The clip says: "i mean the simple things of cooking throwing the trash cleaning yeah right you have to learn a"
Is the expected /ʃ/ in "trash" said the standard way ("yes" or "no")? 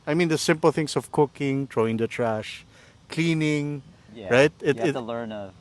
yes